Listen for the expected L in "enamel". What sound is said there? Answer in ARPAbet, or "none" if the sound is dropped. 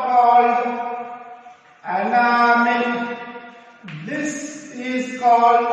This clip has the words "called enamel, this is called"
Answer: N